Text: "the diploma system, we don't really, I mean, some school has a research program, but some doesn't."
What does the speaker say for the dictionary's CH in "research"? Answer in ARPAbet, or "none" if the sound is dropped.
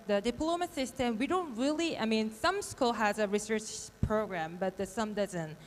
CH